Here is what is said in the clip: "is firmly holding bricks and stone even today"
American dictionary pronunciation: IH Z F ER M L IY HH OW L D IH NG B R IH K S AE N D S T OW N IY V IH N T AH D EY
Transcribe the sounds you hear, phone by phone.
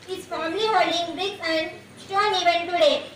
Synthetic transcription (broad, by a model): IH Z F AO M L IY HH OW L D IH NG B R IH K AE N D S T OW N IY V IH N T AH D EY